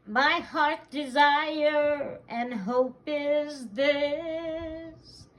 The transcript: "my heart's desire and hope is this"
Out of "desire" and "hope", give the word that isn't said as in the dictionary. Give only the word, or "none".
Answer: none